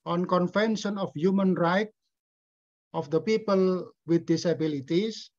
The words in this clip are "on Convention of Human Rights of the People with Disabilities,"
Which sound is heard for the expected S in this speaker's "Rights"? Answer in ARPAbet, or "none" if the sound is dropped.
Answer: none